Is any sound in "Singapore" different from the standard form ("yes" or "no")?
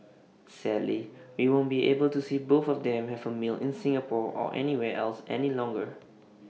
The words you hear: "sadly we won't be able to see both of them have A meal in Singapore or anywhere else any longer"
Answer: no